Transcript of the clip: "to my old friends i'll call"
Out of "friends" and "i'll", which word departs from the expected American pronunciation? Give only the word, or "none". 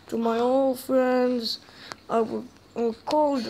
i'll